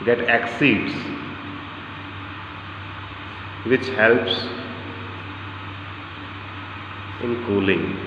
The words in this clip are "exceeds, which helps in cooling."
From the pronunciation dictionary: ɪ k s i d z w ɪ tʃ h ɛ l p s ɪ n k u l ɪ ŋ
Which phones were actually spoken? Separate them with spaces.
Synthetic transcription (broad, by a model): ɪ k s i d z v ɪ tʃ h ɛ l p s ɪ n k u l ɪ ŋ